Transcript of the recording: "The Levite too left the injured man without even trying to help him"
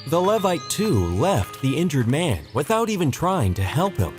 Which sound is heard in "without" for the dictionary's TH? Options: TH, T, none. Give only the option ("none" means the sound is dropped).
TH